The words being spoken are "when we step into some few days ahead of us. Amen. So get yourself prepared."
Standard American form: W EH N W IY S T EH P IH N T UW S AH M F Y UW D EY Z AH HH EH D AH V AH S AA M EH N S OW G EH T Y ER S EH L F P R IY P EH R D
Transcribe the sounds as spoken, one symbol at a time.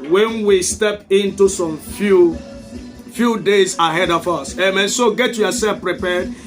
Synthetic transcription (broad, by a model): W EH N W IY S T EH P IH N T UW S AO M F Y UW D EY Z AH HH EH D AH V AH S AA M EH N S OW G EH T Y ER S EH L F P R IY P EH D